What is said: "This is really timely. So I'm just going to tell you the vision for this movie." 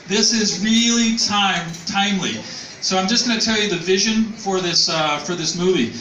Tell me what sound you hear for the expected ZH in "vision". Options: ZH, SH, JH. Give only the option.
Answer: ZH